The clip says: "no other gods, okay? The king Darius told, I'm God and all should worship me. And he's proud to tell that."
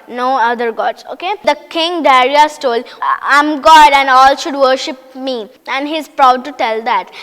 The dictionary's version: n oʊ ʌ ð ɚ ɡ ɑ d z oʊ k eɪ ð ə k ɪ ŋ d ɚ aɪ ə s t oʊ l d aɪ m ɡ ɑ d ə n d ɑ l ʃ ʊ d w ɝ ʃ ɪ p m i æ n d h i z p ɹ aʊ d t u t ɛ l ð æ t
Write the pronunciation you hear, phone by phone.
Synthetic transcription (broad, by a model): n oʊ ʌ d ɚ ɡ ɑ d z oʊ k eɪ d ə k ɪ ŋ d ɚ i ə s t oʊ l aɪ m ɡ ɑ d ə n d ɑ l ʃ ʊ d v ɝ ʃ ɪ p m i æ n d h i z p ɹ aʊ d t u t ɛ l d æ t